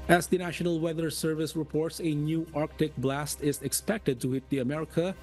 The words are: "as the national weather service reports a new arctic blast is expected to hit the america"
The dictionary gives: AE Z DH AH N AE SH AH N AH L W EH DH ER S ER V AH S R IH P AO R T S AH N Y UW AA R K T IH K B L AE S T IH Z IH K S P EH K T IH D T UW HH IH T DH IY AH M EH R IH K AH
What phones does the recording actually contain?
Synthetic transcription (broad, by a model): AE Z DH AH N AE SH AH N AH L W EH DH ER S ER V AH S R IH P AO R T S AH N Y UW AA R K T IH K B L AE S T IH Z IH K S P EH K T IH D T UW HH IH T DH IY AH M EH R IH K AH